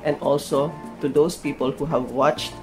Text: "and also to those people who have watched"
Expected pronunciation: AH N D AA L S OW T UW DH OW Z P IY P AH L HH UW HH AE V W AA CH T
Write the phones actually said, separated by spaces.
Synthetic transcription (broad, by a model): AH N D AA L S OW T UW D OW S P IY P AH L HH UW HH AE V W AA CH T